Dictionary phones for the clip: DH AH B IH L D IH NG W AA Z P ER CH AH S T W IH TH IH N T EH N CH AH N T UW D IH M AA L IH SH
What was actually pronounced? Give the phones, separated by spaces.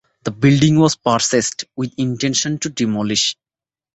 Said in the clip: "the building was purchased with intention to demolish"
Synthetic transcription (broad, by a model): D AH B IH L D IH NG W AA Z P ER S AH S T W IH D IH N T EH N SH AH N T UW D IH M AA L IH SH